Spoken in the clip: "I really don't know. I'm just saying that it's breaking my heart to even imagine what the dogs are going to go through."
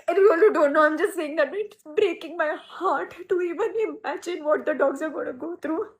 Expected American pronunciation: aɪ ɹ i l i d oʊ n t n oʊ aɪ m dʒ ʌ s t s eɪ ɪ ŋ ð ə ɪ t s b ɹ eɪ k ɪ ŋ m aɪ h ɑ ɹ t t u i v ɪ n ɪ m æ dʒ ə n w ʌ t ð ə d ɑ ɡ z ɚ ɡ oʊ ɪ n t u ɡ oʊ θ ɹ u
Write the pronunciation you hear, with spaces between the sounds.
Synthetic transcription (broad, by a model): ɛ w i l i d oʊ n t n oʊ aɪ m dʒ ʌ s t s eɪ ɪ ŋ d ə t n b ɹ eɪ k ɪ ŋ m aɪ h ɑ ɹ t t u i v ɪ n ɪ m æ dʒ ə n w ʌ t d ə d ɑ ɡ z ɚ ɡ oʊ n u ɡ oʊ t ɹ u